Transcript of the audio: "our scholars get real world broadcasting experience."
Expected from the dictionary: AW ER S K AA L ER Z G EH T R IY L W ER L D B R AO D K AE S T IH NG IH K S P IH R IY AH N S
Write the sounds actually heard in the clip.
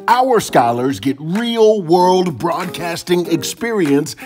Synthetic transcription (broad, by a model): AW ER S K AA L ER Z G EH T R IY L W ER L D B R AO D K AE S T IH NG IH K S P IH R IY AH N S